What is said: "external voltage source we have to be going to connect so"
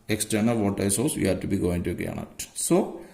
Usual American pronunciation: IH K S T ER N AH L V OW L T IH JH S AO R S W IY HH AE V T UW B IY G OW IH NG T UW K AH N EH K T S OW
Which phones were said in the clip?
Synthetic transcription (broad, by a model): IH K S T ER N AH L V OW T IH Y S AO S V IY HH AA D T UW B IY G OW IH NG T UW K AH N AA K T S OW